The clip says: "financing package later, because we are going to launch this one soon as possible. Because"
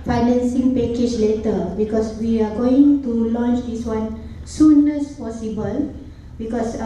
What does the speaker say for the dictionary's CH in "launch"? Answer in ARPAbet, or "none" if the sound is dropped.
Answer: CH